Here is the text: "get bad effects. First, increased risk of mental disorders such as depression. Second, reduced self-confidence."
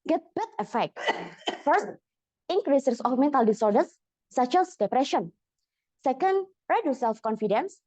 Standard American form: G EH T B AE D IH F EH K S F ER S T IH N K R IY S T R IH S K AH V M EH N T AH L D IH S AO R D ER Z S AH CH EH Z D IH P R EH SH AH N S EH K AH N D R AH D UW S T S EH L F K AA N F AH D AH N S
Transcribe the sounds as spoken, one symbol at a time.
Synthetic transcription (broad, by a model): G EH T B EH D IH F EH K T F ER S T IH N K R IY S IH S AH F M EH N T AH L D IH S AO R D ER S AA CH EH S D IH P R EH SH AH N S EH K AH N D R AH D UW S S EH L F K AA N F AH D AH N S